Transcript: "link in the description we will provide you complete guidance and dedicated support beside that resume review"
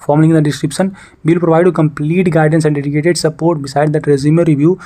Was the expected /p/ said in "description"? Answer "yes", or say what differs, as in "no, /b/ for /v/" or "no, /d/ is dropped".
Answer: yes